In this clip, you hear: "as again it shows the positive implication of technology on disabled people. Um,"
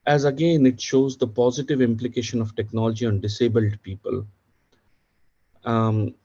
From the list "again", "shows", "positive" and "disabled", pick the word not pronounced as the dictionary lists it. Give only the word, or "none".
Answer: none